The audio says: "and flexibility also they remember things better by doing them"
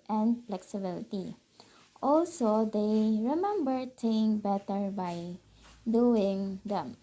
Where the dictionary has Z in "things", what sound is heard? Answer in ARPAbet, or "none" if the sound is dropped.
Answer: none